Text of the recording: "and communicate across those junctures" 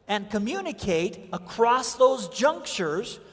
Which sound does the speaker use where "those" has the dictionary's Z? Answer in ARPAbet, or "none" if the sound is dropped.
Z